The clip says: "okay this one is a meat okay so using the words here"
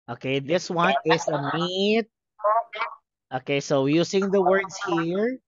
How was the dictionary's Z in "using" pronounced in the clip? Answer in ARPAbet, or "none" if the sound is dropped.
S